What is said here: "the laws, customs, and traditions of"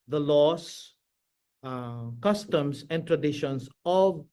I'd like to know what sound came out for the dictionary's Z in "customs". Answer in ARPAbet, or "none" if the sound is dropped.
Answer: S